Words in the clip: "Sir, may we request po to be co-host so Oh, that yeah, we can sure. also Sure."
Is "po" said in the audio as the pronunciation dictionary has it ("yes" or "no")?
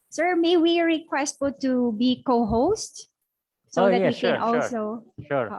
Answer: no